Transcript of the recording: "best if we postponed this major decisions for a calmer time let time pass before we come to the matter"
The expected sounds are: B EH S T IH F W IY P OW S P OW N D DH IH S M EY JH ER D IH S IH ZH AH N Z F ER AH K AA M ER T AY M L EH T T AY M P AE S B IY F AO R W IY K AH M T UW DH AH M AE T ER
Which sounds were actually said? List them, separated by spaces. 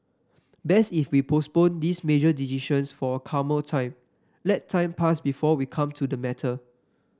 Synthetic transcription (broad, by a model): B EH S IH F W IY P OW S P OW N D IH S M EY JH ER D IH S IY SH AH N S F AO AH K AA M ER T AY M L EH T T AY M P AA S B IY F AO W IY K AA M T UW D AH M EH T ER